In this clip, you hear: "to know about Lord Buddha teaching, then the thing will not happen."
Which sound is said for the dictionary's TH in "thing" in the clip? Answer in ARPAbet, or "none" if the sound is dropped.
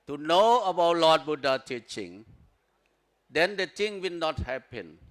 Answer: T